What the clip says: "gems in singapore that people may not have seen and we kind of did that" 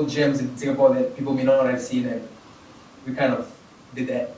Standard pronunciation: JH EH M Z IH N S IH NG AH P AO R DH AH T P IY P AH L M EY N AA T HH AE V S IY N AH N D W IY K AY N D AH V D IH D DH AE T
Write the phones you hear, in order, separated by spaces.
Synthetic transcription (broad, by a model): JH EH M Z IH N TH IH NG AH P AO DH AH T P IY P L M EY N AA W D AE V S IY N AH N W IY K AY N D AH V D IH D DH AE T